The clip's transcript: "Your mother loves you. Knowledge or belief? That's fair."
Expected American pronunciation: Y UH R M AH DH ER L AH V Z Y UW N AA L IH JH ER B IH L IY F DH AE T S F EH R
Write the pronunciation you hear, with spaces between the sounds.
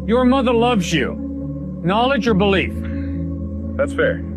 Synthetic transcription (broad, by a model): Y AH R M AH DH ER L AH V Z Y UW N AA L IH JH ER B IH L IY F DH AE T S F EH R